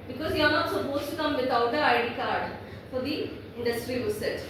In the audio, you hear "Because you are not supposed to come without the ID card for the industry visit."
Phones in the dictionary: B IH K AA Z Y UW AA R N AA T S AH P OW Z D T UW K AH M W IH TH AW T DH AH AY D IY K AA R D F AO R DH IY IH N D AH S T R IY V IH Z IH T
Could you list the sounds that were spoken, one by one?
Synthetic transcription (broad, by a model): B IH K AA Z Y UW AA R N AA T S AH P OW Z T UW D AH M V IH T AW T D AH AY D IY K AA R D F AO R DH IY IH N D AH S T R IY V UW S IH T